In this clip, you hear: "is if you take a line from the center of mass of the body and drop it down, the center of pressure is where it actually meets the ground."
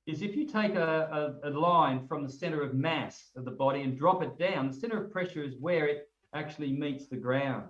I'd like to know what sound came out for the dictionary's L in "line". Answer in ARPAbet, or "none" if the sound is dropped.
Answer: L